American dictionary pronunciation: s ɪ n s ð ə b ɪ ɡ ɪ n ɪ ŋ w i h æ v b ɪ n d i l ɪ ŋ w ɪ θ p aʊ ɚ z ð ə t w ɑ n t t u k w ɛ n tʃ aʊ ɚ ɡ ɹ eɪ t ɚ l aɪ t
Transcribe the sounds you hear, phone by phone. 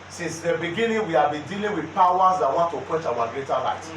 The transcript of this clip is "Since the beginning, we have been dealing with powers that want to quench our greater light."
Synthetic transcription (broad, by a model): s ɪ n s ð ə b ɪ ɡ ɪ n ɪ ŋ w i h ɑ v b ɪ n d i l ɪ ŋ w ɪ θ p aʊ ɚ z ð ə t w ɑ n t t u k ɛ tʃ aʊ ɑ ɡ ɹ eɪ t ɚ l aɪ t